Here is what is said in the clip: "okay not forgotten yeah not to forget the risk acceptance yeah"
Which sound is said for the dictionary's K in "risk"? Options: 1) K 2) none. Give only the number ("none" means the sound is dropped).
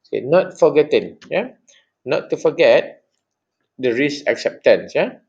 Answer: 2